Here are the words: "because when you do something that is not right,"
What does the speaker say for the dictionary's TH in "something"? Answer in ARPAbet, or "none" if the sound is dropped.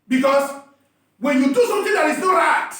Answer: T